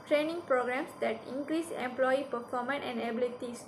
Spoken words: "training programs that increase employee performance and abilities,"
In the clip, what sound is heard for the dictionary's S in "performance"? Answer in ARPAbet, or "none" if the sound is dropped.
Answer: none